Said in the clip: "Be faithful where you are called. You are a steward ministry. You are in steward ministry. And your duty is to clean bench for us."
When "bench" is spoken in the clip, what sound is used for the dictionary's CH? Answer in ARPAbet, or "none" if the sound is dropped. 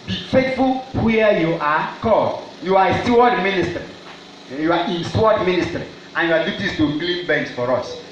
S